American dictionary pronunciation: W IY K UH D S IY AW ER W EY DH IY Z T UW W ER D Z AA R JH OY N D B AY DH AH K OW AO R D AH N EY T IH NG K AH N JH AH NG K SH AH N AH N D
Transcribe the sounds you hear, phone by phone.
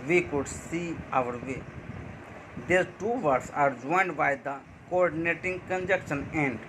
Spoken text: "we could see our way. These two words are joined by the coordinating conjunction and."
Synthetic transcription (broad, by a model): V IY K UH D S IY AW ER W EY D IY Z T UW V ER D S AA R JH OY N D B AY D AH K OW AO R D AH N EY T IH NG K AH N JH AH K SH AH N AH N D